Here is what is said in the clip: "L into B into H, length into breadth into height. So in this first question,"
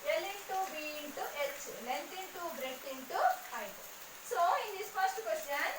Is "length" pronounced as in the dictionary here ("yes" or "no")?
no